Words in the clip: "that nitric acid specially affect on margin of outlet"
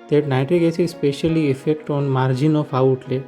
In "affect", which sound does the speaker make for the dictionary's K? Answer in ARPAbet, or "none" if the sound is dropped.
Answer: K